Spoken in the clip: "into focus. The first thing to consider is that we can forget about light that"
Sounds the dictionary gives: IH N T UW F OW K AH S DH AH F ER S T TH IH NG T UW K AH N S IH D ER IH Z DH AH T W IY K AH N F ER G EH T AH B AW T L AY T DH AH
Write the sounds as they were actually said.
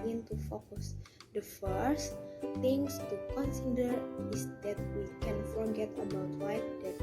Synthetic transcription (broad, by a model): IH N T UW F OW K AH S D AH F ER S T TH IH NG T UW K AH N S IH D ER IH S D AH T W IY K AH N F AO G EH T AH B AW T W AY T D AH